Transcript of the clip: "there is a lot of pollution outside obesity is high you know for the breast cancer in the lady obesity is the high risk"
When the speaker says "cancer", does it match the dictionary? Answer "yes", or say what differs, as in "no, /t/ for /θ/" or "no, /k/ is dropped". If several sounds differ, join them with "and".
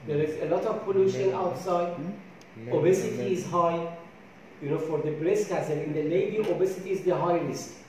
no, /n/ is dropped